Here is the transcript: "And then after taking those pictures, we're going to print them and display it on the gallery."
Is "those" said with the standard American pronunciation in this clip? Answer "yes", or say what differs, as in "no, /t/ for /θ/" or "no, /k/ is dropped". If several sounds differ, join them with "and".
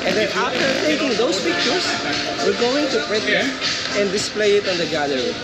no, /s/ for /z/